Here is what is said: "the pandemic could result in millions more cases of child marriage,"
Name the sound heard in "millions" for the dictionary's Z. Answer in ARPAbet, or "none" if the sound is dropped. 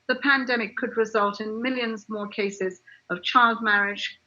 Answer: Z